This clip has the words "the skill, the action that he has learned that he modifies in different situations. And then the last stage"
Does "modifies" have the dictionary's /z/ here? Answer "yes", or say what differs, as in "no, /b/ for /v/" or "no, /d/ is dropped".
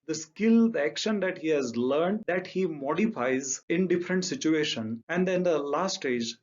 yes